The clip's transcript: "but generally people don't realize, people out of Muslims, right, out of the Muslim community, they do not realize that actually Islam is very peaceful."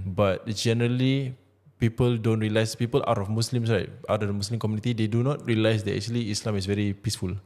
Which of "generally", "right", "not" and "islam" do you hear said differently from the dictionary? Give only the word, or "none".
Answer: none